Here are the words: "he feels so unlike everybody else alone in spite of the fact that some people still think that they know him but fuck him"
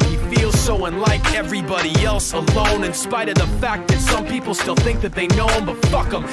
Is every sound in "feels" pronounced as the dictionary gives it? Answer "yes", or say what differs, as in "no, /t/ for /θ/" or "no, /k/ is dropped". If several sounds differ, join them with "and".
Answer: yes